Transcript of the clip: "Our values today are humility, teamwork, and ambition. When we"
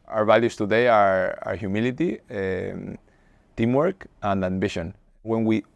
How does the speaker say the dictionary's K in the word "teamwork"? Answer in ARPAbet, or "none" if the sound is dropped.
K